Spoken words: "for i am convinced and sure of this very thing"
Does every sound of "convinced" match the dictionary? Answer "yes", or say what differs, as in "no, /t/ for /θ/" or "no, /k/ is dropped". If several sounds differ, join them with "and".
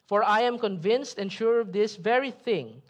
yes